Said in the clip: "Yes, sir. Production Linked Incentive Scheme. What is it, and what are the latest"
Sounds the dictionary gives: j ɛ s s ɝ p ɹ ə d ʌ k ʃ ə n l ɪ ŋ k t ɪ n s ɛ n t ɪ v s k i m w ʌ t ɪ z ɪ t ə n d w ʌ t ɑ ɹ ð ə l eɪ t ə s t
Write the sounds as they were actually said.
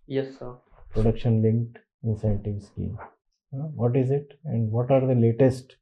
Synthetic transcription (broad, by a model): j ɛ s s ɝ p ɹ ə d ʌ k ʃ ə n l ɪ ŋ k t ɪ n s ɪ n t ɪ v s k i m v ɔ t ɪ z ɪ t ə n d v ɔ t ɑ ɹ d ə l eɪ t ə s t